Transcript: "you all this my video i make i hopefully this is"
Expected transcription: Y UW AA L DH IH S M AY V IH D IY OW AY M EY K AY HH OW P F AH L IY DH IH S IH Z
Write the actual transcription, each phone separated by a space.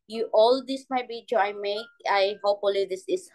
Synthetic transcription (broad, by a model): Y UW AA L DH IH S M AY B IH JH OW AY M EY K AY HH OW P F AH L IY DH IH S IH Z